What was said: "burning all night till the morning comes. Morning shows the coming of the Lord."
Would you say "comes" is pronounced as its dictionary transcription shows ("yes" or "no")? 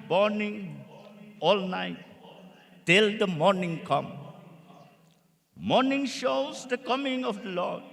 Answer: no